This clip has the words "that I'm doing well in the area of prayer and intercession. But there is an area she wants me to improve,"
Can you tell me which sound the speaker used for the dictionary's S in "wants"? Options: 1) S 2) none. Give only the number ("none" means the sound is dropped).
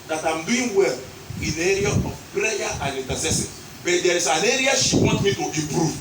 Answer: 2